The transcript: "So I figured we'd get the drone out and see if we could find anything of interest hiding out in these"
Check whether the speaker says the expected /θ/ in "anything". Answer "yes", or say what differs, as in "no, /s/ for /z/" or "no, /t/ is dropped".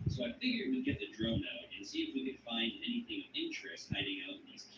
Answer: yes